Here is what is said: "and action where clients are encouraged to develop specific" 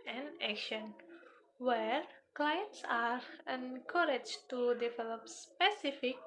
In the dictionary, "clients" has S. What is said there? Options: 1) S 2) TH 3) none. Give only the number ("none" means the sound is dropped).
1